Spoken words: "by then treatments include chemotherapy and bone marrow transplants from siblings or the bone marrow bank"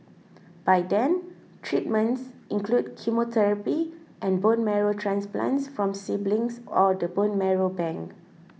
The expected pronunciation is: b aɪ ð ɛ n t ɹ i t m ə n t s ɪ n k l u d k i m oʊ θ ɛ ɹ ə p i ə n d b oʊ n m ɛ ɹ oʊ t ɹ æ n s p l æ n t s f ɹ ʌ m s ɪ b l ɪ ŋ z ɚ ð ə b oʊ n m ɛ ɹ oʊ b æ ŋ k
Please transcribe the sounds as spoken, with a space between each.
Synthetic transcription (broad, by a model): b aɪ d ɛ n t ɹ i t m ə n t s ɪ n k l u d k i m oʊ t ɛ ɹ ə p i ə n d b oʊ n m ɛ ɹ oʊ t ɹ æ n s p l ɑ n t s f ɹ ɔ m s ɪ b l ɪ ŋ s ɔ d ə b oʊ n m ɛ ɹ oʊ b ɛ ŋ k